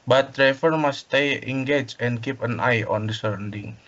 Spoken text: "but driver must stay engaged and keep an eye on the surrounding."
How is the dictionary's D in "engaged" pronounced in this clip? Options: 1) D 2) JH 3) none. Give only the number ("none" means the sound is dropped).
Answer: 3